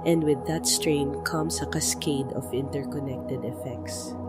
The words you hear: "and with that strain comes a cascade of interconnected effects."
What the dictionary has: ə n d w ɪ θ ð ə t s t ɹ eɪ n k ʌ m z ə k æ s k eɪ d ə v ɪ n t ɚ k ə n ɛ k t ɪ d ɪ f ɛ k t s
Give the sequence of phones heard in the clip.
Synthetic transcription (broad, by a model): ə n d w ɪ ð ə t s t ɹ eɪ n k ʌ m s ə k æ s k eɪ d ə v ɪ n t ɚ k ə n ɛ k t ɪ d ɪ f ɛ k t s